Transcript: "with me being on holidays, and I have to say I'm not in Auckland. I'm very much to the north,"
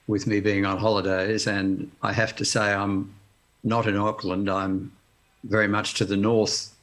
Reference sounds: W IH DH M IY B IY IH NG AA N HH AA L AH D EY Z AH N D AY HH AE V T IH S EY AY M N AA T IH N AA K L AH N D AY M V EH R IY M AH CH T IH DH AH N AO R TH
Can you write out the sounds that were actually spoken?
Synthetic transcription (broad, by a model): W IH DH M IY B IY IH NG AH N HH AA L AH D EY Z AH N AY HH AE F T IH S EY AY M N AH T IH N AA K L AH N D AY M V EH R IY M AH CH T IH DH AH N AO R TH